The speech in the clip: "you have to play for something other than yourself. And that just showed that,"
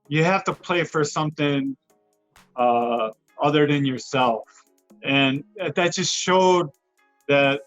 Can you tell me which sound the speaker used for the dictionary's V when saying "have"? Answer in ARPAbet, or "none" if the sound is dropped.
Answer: F